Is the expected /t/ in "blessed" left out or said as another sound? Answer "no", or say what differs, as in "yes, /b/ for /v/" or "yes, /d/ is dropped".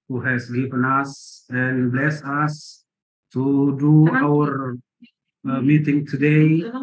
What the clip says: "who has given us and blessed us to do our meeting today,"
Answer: yes, /t/ is dropped